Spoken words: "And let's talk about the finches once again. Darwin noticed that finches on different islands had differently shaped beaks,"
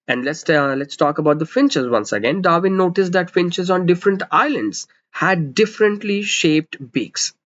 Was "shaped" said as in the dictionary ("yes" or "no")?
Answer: yes